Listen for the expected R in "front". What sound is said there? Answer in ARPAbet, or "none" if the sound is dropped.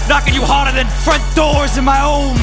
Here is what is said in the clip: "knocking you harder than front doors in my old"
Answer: R